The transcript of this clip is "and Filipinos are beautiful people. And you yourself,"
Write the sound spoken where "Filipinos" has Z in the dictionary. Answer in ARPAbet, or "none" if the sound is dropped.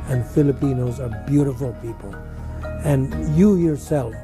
Z